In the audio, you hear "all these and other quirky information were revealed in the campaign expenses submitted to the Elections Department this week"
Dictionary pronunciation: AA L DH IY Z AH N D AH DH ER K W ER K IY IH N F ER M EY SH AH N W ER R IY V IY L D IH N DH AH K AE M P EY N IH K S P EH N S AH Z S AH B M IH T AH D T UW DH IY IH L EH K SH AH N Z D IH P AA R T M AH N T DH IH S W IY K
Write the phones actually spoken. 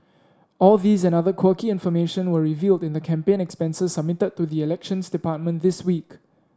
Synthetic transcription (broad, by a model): AA L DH IY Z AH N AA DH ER K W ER K IY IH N F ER M EY SH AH N W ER R IY V IY L D IH N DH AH K AE M P EY N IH K S P EH N S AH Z S AH B M IH T AH D T UW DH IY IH L EH K SH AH N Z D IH P AA T M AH N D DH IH S W IY K